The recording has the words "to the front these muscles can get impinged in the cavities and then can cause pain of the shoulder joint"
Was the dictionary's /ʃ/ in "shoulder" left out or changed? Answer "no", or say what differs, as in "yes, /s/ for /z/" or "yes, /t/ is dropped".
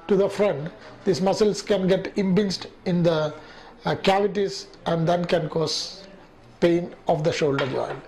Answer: no